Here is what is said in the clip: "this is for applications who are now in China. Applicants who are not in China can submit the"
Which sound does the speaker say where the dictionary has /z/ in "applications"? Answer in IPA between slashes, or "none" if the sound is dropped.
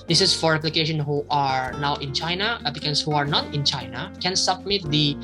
none